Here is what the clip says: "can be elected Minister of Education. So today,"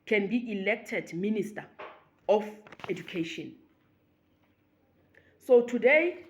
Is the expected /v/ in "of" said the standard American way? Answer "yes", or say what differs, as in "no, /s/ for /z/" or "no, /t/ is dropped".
no, /f/ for /v/